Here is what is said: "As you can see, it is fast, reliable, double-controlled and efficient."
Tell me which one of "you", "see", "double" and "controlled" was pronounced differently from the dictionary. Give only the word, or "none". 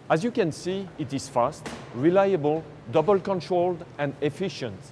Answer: none